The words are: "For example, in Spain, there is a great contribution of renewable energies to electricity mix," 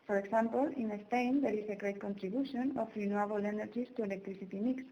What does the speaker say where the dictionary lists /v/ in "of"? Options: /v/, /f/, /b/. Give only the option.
/f/